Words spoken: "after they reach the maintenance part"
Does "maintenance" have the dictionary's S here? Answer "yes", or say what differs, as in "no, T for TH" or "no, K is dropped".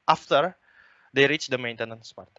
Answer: yes